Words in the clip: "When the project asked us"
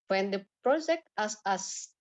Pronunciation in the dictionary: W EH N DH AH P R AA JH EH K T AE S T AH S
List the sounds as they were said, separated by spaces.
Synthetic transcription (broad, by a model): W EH N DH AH P R AA JH EH K T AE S AH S